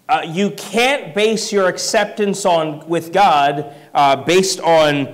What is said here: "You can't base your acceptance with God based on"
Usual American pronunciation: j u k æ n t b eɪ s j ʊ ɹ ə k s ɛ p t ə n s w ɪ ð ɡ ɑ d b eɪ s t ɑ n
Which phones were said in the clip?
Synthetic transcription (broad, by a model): j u k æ n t b eɪ s j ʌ ɹ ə k s ɛ p t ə n s w ɪ ð ɡ ɑ d b eɪ s t n